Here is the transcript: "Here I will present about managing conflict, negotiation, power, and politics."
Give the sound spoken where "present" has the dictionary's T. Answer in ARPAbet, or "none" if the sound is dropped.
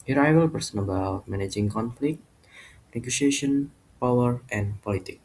none